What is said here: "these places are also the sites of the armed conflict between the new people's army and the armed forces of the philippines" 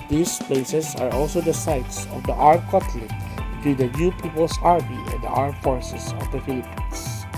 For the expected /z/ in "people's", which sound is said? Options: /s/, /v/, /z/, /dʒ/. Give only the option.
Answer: /s/